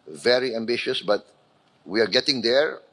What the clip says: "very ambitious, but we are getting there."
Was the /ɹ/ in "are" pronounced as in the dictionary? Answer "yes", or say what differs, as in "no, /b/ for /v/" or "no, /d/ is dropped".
yes